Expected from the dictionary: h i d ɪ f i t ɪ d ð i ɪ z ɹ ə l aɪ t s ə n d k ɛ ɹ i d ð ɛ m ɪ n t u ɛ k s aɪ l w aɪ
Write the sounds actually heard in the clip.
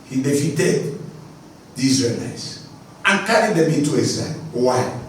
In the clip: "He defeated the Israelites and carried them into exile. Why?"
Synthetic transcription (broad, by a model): h i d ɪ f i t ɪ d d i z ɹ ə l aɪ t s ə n k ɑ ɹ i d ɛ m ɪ t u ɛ s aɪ w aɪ